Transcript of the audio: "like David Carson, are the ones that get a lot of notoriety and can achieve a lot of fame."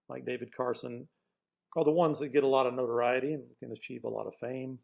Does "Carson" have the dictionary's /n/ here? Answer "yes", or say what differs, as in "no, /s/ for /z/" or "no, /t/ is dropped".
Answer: yes